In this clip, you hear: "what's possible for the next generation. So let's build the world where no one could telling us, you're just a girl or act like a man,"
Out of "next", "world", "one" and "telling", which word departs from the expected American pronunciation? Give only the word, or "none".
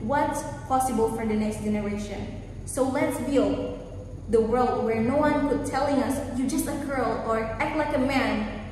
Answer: none